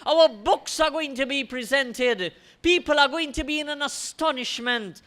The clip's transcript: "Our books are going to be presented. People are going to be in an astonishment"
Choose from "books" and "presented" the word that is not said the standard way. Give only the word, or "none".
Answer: none